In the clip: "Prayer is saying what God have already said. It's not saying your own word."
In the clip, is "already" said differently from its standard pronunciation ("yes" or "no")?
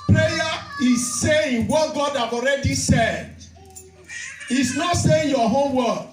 no